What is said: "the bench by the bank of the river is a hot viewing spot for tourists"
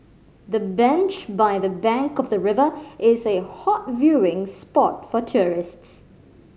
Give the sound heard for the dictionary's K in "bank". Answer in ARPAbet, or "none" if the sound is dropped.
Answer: K